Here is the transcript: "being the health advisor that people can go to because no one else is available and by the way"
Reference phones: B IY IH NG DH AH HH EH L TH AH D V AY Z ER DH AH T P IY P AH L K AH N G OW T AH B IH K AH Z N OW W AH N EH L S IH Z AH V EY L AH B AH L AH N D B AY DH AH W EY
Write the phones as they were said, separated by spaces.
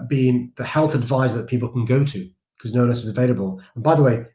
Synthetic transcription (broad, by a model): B IY IH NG DH AH HH EH L TH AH D V AY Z DH AH T P IY P L K AH N G OW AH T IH K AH Z N OW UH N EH S IH Z AH V EY L AH B AH L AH N B AY DH AH W EY